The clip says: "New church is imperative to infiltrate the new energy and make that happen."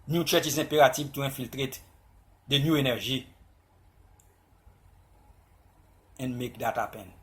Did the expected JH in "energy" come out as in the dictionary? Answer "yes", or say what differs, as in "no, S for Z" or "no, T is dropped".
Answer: no, ZH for JH